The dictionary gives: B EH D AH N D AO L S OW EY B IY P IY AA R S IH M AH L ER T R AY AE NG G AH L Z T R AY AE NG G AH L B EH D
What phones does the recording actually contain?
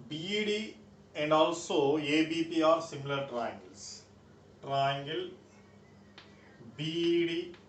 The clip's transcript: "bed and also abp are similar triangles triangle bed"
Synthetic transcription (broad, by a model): B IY D AH N D AO L S OW EY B IY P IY AA R S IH M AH L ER T R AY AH NG G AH L S T R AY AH NG G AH L B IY D